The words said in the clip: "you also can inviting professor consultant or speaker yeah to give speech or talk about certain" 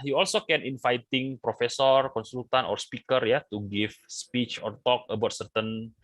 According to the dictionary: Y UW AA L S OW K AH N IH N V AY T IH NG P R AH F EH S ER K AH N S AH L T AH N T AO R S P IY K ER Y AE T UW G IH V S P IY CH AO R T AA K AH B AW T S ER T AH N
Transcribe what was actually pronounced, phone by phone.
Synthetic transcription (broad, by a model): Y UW AA L S OW K AH N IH N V AY T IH NG P R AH F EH S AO K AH N S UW L T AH N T AO R S P IY K ER Y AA T UW G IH F S P IY CH AO R T AA K AH B AW T S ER T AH N